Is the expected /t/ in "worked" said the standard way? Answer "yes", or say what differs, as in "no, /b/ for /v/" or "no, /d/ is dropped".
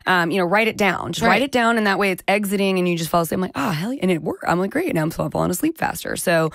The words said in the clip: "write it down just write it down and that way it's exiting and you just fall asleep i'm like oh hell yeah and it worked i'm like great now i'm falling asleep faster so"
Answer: no, /t/ is dropped